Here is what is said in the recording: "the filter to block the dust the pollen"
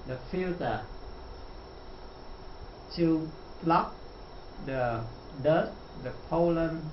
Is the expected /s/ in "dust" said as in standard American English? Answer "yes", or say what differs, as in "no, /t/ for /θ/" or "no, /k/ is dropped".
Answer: no, /s/ is dropped